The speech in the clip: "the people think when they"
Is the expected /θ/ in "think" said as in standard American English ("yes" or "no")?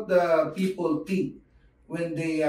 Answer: no